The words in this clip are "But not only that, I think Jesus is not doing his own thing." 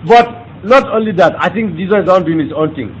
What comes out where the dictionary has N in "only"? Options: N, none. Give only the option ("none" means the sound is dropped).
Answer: N